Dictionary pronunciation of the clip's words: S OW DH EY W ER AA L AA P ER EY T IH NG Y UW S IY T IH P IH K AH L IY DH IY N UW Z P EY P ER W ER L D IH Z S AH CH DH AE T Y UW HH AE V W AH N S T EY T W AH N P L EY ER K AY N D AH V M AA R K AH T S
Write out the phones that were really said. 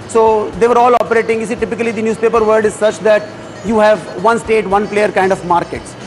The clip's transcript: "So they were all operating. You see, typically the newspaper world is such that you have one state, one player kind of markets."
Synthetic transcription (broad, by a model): S OW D EY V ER AA L AA P ER EY T IH NG Y UW S IY T IH P IH K AH L IY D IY N UW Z P EY P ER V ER D IH Z S AH CH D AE T Y UW HH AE V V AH N S T EY T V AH N P L EY ER K AY N D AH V M AA R K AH T S